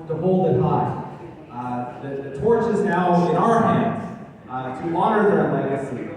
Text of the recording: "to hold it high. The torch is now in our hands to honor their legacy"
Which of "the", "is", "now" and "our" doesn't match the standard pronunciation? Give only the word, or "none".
none